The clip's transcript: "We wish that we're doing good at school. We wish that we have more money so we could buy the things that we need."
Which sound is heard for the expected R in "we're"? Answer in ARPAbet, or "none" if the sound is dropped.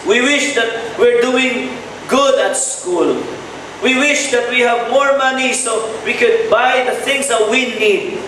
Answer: R